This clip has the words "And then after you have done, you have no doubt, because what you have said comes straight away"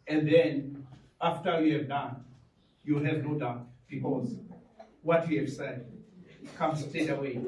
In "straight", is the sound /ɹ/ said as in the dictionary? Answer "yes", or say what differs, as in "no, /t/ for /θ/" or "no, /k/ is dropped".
no, /ɹ/ is dropped